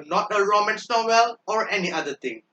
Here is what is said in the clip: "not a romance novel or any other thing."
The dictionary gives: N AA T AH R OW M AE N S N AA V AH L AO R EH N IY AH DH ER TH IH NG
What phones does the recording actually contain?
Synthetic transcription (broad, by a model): N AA T AH R OW M AE N S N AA W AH L AO R EH N IY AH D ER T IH NG